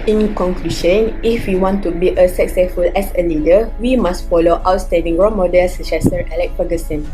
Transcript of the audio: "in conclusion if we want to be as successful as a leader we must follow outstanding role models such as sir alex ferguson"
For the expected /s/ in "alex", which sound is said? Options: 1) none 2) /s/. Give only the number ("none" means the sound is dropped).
1